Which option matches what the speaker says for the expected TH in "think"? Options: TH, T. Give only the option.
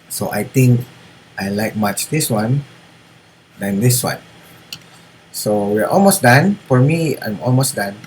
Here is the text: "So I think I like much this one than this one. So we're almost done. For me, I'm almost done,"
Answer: T